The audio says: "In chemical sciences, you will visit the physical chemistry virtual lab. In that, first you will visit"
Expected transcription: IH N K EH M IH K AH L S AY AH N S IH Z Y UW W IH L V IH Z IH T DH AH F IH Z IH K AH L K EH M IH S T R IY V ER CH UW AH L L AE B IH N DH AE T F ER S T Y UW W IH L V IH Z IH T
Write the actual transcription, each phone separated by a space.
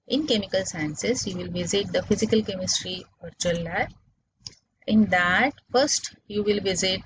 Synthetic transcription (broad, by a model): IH N K EH M IH K AH L S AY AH N S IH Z Y UW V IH L V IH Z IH T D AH F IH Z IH K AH L K EH M IH S T R IY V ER CH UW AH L L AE IH N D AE T F ER S T Y UW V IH L V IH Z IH T